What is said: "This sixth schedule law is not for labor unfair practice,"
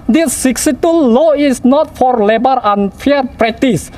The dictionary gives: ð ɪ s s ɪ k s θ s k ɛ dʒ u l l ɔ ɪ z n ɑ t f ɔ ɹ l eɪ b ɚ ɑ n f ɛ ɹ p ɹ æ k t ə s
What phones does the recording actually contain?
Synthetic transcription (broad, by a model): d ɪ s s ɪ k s s ɛ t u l l ɔ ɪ s n ɑ t f ɔ ɹ l eɪ b ɚ ɑ n f ɛ ɹ p ɹ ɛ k t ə s